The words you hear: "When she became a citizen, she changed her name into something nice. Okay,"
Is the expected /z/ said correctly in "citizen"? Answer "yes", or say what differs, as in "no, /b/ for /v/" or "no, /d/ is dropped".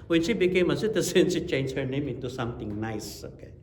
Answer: no, /s/ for /z/